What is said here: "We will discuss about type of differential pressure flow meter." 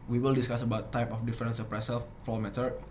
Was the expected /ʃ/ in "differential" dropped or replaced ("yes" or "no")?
yes